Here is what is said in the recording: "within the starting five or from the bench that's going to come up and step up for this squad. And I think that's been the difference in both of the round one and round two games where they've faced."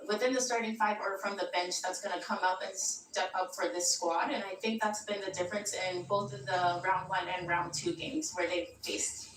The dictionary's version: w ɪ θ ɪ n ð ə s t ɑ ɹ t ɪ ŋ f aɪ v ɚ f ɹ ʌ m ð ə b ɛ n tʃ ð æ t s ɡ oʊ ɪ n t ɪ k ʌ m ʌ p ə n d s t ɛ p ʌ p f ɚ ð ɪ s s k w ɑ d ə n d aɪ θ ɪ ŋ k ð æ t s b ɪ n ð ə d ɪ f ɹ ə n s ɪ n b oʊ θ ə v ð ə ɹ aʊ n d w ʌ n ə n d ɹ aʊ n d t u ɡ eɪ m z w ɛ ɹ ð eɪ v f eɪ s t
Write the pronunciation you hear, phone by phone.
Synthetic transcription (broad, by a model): w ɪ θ ɪ n ð ə s t ɑ ɹ t ɪ ŋ f aɪ v ɚ f ɹ ʌ m ð ə b ɛ n tʃ ð æ t s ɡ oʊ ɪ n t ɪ k ʌ m ʌ p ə n s t ɛ p ʌ p f ɚ ð ɪ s s k w ɑ d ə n aɪ θ ɪ ŋ k ð æ t s b ɪ n ð ə d ɪ f ɹ ə n s ɪ n b oʊ θ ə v ð ə ɹ aʊ n d w ʌ n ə n ɹ aʊ n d t u ɡ eɪ m z w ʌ ɹ ð eɪ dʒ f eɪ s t